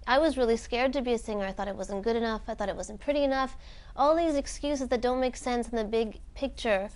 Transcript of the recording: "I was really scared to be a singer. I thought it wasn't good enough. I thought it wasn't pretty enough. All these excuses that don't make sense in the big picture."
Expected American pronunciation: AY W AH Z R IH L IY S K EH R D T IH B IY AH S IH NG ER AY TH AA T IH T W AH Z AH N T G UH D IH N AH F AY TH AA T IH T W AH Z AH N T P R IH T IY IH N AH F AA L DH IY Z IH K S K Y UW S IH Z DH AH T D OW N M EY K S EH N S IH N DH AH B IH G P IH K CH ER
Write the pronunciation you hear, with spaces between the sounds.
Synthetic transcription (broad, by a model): AY W AH Z R IH L IY S K EH R D T IH B IY AH S IH NG ER AY TH AA T IH T W AH Z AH N G UH D IH N AH F AY TH AA T IH T W AH Z N P R IH T IY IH N AH F AA L DH IY Z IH K S K Y UW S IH Z DH AH T D OW N M EY K S EH N S N DH AH B IH G P IH K CH ER